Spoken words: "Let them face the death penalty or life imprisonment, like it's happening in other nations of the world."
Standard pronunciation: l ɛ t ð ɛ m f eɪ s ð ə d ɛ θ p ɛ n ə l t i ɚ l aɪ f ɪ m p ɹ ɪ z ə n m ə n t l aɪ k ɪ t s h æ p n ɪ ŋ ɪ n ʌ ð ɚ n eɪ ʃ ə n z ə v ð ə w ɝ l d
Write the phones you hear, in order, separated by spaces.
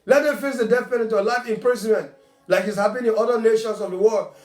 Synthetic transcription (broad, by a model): l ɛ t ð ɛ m f eɪ s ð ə d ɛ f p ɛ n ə t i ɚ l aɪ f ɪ m p ɹ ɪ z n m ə n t l aɪ k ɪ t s h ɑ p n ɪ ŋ ɪ n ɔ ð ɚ n eɪ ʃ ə n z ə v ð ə w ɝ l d